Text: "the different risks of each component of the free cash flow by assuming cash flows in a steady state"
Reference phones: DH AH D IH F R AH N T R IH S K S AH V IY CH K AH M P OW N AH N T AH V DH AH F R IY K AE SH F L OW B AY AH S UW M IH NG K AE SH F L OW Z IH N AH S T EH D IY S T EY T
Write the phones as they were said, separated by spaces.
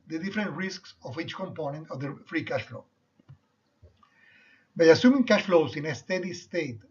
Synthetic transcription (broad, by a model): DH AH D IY F R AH N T R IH S K S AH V IY CH K AH M P OW N AH N T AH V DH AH F R IY K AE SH F L OW B AY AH S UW M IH NG K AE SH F L OW S IH N AH S T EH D IY S T EY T